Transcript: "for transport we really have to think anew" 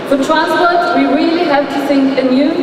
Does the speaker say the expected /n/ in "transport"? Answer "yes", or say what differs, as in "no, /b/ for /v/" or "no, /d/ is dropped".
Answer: no, /n/ is dropped